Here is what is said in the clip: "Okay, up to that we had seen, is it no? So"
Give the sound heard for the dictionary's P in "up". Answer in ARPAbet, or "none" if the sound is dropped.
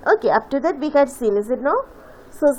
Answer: F